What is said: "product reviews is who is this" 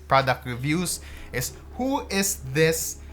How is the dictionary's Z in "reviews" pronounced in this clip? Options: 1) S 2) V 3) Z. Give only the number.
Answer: 1